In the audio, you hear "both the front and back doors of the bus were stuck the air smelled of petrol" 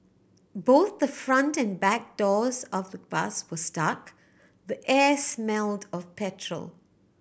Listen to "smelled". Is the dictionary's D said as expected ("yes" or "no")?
yes